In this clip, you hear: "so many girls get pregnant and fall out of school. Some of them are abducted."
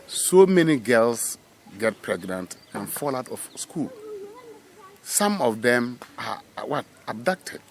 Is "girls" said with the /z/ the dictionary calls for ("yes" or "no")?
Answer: no